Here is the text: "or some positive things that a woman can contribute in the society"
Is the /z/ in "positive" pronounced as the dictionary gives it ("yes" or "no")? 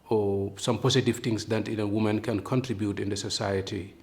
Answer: no